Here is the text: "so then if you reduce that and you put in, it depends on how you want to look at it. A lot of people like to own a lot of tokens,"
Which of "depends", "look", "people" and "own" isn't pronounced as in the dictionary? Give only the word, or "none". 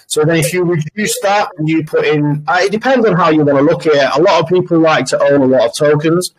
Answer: none